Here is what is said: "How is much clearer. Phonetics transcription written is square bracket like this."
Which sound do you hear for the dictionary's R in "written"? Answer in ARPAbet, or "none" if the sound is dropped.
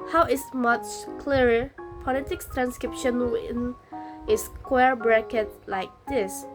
W